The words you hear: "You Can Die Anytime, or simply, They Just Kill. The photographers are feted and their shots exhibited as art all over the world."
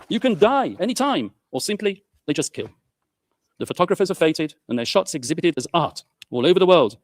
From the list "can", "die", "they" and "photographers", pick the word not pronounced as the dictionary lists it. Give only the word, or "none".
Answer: none